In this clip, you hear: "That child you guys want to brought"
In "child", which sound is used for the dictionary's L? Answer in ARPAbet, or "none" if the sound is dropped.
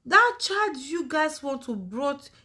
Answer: none